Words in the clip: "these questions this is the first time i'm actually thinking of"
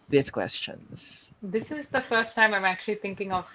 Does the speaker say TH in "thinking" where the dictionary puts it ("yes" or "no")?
no